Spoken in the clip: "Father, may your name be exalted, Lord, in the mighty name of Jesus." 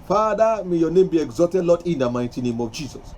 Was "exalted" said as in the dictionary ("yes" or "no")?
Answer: no